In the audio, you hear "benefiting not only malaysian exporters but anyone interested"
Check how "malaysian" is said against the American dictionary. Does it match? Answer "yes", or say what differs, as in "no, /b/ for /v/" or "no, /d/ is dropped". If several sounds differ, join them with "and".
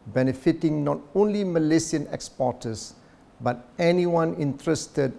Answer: no, /s/ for /ʒ/